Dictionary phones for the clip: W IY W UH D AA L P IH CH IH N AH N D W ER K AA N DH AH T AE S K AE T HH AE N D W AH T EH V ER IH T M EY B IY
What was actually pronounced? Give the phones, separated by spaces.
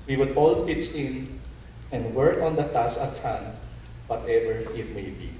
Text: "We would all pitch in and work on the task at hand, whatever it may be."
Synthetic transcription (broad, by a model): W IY W UH D AA L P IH S IH N AH N D W ER K AA N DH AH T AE S AH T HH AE N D W AH T EH V ER IH T M EY B IY